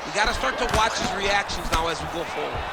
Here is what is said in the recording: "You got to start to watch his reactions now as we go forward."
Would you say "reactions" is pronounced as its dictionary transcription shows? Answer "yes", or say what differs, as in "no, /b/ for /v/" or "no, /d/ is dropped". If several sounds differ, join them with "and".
yes